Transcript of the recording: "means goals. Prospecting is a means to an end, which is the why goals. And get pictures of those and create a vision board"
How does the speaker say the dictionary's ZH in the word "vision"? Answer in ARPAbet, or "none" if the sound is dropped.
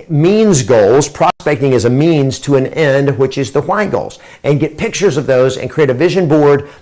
ZH